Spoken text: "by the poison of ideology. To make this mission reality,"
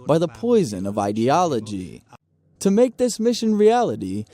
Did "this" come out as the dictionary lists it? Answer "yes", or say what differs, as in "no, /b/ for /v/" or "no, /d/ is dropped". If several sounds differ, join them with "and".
yes